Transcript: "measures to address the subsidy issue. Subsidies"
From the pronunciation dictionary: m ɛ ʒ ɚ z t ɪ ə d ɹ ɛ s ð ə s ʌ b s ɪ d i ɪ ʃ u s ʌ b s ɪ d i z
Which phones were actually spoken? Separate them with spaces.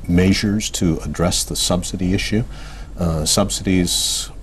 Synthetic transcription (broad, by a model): m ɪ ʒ ɚ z t ɪ ə d ɹ ɛ s ð ə s ʌ b s ɪ d i ɪ ʃ u s ʌ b s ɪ d i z